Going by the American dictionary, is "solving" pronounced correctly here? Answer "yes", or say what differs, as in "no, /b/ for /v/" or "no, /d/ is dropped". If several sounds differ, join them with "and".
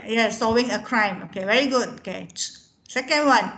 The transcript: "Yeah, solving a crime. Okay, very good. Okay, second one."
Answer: no, /l/ is dropped